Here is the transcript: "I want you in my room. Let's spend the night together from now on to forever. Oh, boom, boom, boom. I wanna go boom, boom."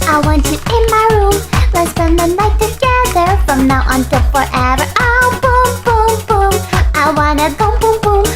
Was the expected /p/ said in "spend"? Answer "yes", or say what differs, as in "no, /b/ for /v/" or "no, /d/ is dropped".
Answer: no, /p/ is dropped